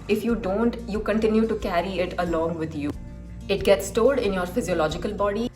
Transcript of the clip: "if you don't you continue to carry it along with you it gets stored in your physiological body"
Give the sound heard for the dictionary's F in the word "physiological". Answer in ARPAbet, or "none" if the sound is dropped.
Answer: F